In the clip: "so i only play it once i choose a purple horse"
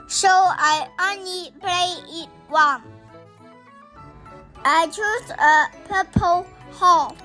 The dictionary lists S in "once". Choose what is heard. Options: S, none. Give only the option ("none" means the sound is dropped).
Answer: none